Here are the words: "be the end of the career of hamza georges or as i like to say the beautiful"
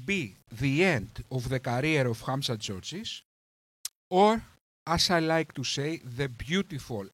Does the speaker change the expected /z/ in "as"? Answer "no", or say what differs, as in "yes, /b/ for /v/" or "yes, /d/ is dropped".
yes, /s/ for /z/